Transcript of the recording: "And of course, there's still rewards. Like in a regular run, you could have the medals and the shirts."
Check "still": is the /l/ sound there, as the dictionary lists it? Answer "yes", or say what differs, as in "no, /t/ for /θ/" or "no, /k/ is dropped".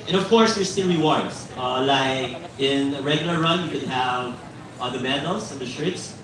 no, /n/ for /l/